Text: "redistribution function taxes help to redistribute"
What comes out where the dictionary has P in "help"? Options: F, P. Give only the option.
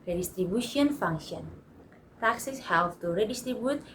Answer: F